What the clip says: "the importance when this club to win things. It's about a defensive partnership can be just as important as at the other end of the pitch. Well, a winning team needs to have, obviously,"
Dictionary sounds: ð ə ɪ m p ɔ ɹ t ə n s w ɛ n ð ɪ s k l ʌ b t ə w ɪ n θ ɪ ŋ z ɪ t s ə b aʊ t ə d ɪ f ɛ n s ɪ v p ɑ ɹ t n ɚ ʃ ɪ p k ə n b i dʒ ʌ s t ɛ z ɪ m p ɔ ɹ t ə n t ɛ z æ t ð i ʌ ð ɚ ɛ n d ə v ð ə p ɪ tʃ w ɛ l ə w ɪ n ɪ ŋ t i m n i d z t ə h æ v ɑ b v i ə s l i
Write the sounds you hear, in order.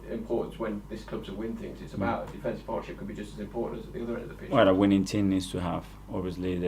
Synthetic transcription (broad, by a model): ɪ m p ɔ ɹ t n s w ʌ n ð ɪ s k l ʌ b s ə w ɪ n θ ɪ ŋ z ɪ t s ə b aʊ t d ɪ f ɛ n s p ɑ ɹ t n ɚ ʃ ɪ p k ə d b i dʒ ʌ s t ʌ z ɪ m p ɔ ɹ t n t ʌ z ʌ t ð i ʌ ð ɚ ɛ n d ə v ð ə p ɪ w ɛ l ə w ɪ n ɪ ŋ t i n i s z t ə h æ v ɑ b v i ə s l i